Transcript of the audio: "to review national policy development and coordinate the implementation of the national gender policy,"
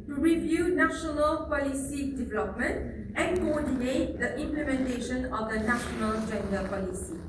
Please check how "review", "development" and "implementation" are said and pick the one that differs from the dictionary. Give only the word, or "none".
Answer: none